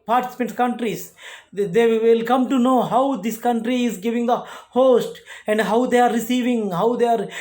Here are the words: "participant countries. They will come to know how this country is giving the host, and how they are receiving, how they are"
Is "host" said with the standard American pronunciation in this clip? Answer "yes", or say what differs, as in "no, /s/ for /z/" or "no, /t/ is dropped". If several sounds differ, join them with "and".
yes